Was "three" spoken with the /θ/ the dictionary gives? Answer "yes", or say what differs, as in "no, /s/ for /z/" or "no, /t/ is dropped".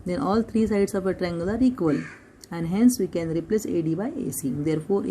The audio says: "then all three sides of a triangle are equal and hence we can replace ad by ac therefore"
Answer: no, /t/ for /θ/